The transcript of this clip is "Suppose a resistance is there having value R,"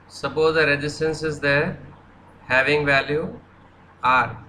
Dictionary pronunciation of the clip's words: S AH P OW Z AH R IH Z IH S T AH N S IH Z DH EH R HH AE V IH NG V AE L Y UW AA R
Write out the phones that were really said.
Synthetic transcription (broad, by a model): S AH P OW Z AH R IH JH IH S T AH N S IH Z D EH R HH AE V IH NG V AE L Y UW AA R